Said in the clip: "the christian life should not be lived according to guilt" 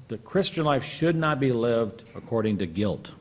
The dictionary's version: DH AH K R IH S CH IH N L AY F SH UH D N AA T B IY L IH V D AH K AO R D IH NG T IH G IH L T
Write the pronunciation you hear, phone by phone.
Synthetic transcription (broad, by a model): DH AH K R IH S CH IH N L AY F SH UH D N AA T B IY L IH V D AH K AO R D IH NG T IH G IH L T